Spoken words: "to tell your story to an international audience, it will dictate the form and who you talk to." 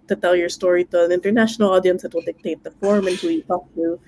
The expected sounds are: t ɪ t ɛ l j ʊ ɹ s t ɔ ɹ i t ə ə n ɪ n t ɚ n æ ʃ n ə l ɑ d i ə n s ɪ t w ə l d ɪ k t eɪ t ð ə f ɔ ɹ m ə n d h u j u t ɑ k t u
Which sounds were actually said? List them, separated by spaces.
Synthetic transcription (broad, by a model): t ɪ t ɛ l j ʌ ɹ s t ɔ ɹ i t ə ə n ɪ n t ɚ n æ ʃ n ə l ɑ d i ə n s ɪ t w ə l d ɪ k t eɪ t ð ə f ɔ ɹ m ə n h u j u t ɑ k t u